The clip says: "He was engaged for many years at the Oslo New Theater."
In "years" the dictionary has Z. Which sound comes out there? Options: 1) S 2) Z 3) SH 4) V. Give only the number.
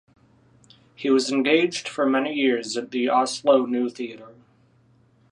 2